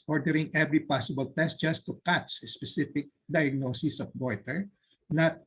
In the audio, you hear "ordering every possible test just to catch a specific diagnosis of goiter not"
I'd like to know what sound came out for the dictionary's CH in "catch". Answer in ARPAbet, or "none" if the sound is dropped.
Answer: S